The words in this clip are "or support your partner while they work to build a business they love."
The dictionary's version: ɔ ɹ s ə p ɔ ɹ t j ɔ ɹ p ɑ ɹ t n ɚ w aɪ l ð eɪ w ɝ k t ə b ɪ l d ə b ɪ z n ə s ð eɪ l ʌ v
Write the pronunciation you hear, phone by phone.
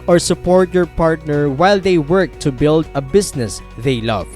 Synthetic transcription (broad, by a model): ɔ ɹ s ə p ɔ ɹ t j ɔ ɹ p ɑ ɹ t n ɚ w aɪ l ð eɪ w ɝ k t ə b ɪ l d ə b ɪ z n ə s ð eɪ l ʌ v